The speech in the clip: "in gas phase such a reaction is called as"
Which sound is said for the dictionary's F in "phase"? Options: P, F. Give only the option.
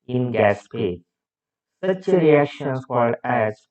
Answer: P